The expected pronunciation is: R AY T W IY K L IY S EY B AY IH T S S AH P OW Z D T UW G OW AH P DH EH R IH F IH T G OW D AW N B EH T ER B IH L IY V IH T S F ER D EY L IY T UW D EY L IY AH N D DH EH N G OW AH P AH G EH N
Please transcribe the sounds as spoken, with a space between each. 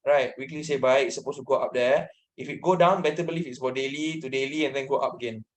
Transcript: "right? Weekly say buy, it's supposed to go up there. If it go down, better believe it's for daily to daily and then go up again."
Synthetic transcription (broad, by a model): R AY T W IY K L IY S EY B AY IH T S S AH P OW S T UW G OW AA P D EH IH F IH T G OW D AW N B EH T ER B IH L IY F IH T S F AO D EY L IY T UW D EY L IY AH N D EH N G OW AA P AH G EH N